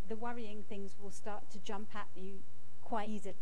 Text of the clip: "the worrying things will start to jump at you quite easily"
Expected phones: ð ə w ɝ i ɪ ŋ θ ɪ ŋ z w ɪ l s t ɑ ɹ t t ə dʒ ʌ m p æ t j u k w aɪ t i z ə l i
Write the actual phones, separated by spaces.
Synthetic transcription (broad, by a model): ð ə w ɝ i ɪ ŋ θ ɪ ŋ z w ɪ l s t ɑ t t ə dʒ ʌ m p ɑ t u k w aɪ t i z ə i